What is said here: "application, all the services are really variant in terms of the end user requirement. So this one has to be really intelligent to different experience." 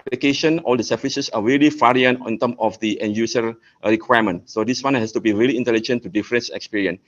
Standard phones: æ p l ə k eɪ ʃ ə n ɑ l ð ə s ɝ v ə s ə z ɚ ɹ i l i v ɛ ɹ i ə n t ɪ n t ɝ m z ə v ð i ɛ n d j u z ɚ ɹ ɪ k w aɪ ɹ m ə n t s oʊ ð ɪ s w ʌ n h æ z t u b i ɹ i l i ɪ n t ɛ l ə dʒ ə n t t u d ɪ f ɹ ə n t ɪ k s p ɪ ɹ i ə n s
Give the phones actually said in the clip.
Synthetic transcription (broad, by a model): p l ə k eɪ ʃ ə n ɑ l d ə s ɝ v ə s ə s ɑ ɹ i l i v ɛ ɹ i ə n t ɪ n t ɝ m ə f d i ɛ n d j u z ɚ ɹ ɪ k w aɪ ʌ m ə n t s oʊ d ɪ s w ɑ n h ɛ s t u b i ɹ i l i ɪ n t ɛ l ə dʒ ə n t t u d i f ɹ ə n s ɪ k s p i ɹ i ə n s